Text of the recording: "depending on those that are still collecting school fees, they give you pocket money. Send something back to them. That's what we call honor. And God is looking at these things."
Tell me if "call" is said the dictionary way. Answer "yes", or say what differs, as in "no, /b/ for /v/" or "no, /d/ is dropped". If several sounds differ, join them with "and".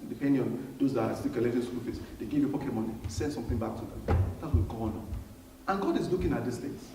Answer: no, /n/ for /l/